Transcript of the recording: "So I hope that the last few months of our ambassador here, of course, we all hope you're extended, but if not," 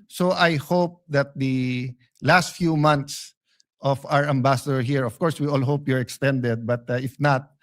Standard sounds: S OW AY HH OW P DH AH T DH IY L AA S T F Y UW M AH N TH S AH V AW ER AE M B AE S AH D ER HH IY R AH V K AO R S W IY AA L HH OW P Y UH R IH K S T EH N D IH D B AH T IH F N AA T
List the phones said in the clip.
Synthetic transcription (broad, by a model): S OW AY HH OW P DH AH T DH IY L AA S T F Y UW M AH N T S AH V AW ER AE M B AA S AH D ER HH IY R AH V K AO R S W IY AA L HH OW P Y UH R IH K S T EH N D IH D B AH T IH F N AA T